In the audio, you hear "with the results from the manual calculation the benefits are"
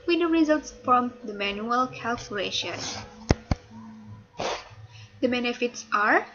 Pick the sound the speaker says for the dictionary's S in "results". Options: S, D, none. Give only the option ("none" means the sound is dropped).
S